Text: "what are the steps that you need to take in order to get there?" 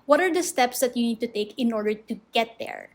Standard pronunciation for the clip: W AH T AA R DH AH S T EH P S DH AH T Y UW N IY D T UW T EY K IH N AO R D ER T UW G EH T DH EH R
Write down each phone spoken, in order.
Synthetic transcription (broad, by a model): W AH T AA R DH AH S T EH P S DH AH T Y UW N IY D T UW T EY K IH N AO R D ER T UW G EH T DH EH R